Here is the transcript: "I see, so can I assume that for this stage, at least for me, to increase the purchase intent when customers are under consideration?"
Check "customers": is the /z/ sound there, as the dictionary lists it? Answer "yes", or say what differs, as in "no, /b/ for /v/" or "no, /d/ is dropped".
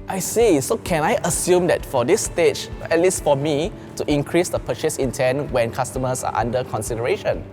no, /s/ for /z/